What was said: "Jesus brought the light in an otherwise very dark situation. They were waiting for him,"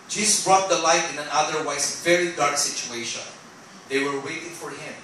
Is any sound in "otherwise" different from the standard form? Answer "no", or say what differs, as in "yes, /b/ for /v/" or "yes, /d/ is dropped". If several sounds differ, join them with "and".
yes, /s/ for /z/